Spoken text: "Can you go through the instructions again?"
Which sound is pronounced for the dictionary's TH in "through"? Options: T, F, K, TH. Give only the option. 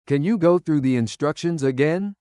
TH